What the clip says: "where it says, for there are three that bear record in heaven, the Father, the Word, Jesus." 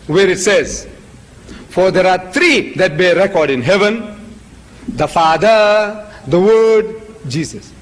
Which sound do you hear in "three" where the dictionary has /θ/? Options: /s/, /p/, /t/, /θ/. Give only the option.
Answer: /t/